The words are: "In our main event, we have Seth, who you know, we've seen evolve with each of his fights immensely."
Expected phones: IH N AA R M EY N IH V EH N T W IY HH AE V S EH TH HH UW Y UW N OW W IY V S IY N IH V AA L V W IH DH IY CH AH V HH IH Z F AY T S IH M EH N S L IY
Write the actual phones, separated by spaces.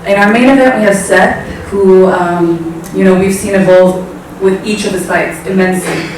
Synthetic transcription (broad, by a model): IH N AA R M EY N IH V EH T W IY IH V S EH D HH UW Y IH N OW W IY V S IY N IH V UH L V W IH DH IY CH AH V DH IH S AY T S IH M EH N S L IY